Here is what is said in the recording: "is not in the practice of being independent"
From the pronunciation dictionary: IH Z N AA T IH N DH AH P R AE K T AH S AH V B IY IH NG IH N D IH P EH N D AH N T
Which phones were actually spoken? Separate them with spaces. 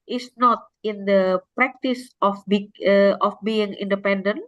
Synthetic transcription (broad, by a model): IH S N AA T IH N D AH P R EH K T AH S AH B B IY IH NG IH N D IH P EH N D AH N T